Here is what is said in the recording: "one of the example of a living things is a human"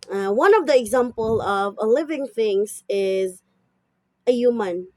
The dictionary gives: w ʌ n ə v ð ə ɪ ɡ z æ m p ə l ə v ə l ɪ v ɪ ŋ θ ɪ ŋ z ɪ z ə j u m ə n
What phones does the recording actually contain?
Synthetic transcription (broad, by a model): w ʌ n ə v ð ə ɪ ɡ z æ m p ə l ə v ə l ɪ v ɪ ŋ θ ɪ ŋ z ɪ z ə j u m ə n